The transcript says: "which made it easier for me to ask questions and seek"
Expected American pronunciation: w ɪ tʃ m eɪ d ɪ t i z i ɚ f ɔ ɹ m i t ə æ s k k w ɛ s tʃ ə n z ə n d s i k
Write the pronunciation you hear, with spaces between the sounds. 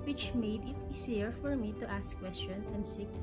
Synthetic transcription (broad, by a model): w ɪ tʃ m eɪ d ɪ t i s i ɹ f ɔ ɹ m i t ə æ s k k w ɛ s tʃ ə n ə n d s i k